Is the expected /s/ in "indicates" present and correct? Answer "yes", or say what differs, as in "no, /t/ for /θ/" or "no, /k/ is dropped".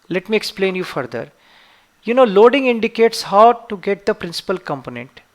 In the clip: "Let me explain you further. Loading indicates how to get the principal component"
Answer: yes